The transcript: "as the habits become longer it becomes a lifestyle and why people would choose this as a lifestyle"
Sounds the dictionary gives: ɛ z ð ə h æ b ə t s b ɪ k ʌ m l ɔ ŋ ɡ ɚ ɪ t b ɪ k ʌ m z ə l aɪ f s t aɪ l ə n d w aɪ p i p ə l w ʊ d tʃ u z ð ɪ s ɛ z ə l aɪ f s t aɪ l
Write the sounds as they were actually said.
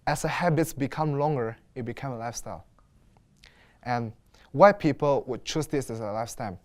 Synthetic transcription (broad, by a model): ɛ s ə h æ b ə t s b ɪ k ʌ m l ɔ ŋ ɡ ɚ ɪ t b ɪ k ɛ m ə l aɪ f s t aɪ l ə n w aɪ p i p ə l w ʊ d tʃ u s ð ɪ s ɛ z ə l aɪ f s t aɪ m